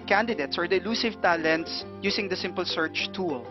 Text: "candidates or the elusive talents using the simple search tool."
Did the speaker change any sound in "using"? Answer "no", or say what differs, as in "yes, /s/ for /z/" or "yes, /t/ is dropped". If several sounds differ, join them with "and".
yes, /s/ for /z/